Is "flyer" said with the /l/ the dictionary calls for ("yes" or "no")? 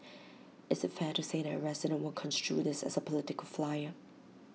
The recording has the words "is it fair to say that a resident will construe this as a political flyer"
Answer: yes